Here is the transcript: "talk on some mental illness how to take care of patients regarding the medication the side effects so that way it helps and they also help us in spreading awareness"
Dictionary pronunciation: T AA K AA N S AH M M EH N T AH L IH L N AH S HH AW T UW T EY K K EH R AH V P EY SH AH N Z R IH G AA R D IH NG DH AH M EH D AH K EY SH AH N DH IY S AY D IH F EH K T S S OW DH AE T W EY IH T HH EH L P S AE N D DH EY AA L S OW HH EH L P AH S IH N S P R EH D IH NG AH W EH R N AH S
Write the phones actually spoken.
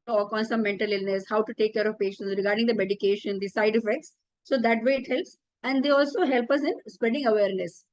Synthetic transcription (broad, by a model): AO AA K AA N S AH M M EH N T AH L IH L N AH S HH AW T UW T EY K K EH R AH V P EY SH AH N S R IH G AA R D IH NG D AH M EH D AH K EY SH AH N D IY S AY D IH F EH K T S S OW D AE T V EY IH T HH EH L P S AE N D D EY AA L S OW HH EH L P AH S IH N S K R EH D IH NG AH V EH R N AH S